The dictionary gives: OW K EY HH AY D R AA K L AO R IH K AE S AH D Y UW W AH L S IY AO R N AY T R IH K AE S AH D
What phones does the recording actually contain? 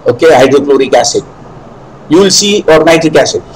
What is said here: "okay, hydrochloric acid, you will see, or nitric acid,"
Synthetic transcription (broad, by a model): OW K EY HH AY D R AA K L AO R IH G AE S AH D Y UW L S IY AO R N AY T IH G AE S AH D